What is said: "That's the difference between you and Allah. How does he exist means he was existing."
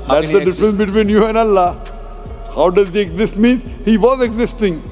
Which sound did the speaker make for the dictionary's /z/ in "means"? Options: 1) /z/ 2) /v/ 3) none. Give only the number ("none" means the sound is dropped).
3